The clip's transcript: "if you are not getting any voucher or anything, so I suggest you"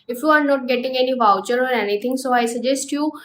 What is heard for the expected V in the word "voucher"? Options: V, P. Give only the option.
V